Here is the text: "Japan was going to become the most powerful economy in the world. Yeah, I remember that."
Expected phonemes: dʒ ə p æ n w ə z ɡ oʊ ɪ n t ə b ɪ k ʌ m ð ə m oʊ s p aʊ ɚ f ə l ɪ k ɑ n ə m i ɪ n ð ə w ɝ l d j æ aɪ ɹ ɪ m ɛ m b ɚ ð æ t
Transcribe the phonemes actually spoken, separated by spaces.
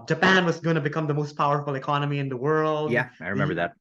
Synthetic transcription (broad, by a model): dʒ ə p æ n w ə z ɡ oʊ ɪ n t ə b ɪ k ʌ m ð ə m oʊ s p aʊ ɚ f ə l ɪ k ɑ n ə m i ɪ n ð ə w ɝ l d j æ aɪ ɹ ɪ m ɛ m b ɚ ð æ t